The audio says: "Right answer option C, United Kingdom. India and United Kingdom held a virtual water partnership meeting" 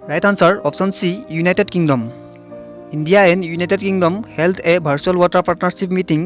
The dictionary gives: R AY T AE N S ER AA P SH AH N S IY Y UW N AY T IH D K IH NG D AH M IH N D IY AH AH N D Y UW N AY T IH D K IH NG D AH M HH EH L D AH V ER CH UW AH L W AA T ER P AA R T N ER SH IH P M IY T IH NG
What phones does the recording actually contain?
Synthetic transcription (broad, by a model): R AY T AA N S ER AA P S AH N S IY Y UW N AY T IH D K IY NG D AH M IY N D IY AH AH N Y UW N AY T IH D K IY NG D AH M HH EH L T AH B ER S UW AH L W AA T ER P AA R T N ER S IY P M IY T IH NG